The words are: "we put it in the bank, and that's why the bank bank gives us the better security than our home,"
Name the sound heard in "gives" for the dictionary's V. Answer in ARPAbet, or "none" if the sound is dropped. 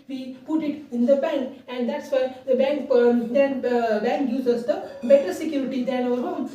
none